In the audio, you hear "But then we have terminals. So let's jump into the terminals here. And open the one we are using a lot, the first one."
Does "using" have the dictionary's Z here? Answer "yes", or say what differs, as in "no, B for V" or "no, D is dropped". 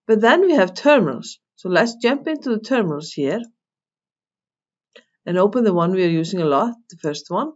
no, S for Z